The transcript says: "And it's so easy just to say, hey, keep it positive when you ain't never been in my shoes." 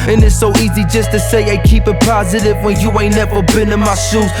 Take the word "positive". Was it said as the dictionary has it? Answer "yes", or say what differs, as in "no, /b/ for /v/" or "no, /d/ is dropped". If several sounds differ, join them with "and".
yes